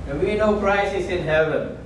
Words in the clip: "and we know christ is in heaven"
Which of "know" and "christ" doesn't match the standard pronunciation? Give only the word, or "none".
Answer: christ